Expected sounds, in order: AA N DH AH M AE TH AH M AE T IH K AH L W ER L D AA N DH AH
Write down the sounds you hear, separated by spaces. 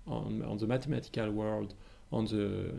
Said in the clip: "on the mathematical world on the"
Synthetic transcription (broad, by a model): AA N DH AH M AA T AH M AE T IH K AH L W ER L D AA N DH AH